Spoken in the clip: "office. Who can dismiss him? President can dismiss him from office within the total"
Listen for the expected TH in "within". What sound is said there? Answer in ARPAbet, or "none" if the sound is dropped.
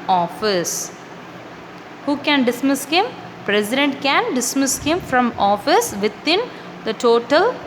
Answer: T